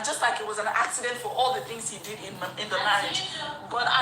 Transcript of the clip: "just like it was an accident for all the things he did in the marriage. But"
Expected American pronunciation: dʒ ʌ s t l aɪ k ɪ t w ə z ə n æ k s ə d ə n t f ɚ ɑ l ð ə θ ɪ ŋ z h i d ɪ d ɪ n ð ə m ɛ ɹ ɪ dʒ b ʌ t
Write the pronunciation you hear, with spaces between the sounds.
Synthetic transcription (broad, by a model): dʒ ʌ s t l aɪ k ɪ t w ə z ə n æ k s ə d ə n t f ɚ ɑ l ð ə θ ɪ ŋ z h i d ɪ d ɪ n ð ə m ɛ ɪ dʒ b ʌ t